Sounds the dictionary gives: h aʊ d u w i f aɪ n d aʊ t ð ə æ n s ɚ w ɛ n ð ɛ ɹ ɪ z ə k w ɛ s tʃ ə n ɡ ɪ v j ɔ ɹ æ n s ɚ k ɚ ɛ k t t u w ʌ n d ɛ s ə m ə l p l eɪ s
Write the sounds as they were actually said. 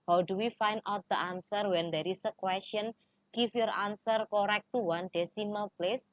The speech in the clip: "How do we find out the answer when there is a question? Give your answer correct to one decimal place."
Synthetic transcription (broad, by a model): h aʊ d u w i f aɪ n d aʊ t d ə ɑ n s ɚ w ɛ n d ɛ ɹ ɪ s ə k w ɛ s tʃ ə n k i f j ɔ ɹ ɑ n s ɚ k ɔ ɛ k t t u w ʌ n d ɛ s ə m ə l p l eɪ s